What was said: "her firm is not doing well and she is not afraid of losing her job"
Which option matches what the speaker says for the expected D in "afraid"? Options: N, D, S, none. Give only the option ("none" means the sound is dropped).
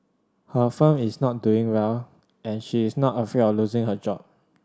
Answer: none